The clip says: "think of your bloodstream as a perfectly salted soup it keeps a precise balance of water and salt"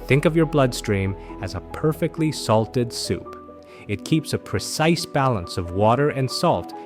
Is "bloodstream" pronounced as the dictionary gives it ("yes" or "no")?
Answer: yes